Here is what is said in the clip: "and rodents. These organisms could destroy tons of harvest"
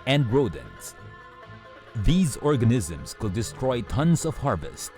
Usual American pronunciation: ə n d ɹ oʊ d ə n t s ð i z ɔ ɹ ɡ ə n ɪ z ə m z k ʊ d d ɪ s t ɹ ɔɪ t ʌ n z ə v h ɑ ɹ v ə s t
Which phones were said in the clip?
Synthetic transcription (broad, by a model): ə n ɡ ɹ oʊ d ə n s ð i z ɔ ɹ ɡ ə n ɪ z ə m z k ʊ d d ɪ s t ɹ ɔɪ t ʌ n z ə v h ɑ ɹ v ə s t